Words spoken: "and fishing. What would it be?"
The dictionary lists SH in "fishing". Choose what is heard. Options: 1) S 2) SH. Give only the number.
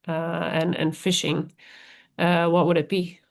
2